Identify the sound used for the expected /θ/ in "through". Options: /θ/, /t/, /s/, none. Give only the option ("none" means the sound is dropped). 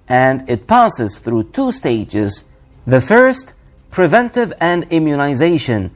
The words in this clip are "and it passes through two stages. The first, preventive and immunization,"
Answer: /θ/